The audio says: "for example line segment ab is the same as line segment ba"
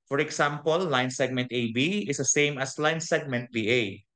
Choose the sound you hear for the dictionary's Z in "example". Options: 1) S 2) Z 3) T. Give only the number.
1